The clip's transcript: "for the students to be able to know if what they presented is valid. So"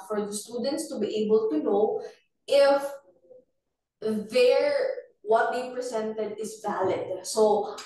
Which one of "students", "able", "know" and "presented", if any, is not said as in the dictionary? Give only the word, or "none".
presented